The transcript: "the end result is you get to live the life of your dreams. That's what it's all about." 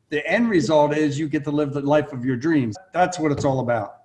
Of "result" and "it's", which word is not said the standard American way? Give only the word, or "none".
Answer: none